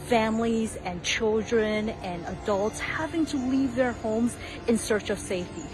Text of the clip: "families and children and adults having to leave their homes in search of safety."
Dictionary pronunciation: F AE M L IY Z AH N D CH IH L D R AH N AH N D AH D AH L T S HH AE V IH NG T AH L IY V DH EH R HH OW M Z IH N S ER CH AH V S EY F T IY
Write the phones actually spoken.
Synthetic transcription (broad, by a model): F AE M L IY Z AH N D CH IH L D R AH N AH N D AH D AH L T S HH AE V IH NG T AH L IY V DH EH R HH OW M Z IH N S ER CH AH V S EY F T IY